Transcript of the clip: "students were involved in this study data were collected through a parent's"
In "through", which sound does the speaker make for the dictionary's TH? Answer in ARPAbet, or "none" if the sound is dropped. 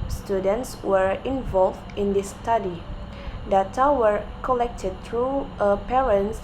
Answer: T